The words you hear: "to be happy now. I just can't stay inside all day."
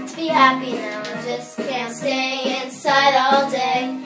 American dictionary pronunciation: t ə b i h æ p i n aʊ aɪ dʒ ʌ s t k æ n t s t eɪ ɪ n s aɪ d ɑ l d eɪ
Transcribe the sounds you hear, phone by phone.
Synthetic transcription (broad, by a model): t b i h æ p i n aʊ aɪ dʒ ʌ s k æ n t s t eɪ ɪ n s aɪ d ɑ l d eɪ